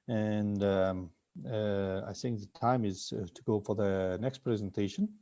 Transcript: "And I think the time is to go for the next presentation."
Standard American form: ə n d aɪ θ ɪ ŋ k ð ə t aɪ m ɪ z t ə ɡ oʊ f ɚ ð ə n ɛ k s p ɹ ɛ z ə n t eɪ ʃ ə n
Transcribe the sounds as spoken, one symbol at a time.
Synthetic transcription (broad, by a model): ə n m aɪ θ ɪ ŋ k ð ə t aɪ m ɪ z t ə ɡ oʊ f ɚ ð ə n ɛ k s p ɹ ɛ z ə n t eɪ ʃ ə n